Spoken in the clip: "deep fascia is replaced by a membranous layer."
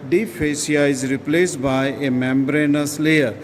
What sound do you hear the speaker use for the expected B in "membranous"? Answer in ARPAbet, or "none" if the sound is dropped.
B